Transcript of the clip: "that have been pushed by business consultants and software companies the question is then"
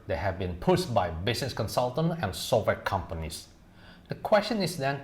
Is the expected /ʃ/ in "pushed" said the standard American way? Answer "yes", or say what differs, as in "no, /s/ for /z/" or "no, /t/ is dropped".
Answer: no, /s/ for /ʃ/